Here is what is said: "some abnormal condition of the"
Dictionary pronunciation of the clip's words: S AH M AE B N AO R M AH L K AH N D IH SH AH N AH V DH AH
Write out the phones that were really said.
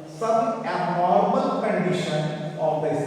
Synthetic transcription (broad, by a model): S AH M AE N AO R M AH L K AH N D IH SH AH N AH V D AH